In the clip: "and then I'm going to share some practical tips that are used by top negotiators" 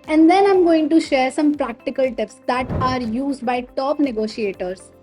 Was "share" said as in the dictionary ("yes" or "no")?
yes